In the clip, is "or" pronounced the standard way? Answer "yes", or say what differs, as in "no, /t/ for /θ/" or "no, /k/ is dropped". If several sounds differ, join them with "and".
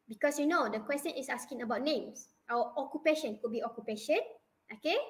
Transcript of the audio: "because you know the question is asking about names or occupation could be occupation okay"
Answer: no, /w/ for /ɹ/